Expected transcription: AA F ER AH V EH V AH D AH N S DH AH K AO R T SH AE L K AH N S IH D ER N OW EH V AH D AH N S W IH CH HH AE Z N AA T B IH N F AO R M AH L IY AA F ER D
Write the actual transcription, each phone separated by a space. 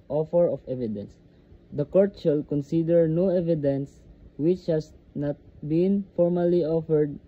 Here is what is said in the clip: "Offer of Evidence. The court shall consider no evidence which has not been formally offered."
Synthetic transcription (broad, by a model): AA F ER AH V EH V AH D AH N S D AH K AO R T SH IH L K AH N S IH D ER N OW EH V AH D AH N S W IH CH HH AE S N AA T B IH N F AO R M AH L IY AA F ER D